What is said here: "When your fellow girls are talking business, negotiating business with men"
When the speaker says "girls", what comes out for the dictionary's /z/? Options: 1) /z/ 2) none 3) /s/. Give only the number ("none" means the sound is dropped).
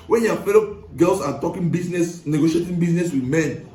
3